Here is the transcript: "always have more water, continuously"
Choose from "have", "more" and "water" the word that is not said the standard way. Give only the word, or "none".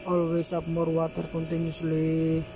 have